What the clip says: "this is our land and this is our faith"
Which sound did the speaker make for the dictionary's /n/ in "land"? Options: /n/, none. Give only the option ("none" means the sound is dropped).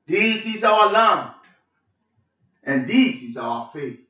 none